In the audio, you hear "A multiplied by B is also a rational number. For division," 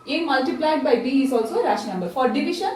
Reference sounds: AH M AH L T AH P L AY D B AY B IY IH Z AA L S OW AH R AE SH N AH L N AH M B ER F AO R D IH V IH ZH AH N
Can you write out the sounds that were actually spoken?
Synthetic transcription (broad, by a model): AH M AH L T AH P L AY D B AY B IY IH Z AA L S OW AH R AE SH AH N AH M B ER F AO R D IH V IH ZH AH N